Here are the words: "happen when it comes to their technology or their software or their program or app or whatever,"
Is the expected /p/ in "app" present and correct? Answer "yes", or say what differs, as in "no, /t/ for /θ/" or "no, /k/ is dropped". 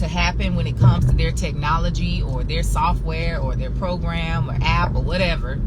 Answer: yes